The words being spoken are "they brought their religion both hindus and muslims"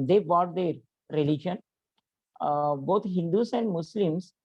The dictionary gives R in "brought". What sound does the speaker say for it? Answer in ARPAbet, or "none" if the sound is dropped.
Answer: none